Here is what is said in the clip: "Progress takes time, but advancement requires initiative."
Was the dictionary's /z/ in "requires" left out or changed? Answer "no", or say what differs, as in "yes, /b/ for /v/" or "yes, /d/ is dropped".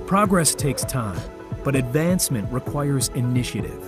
no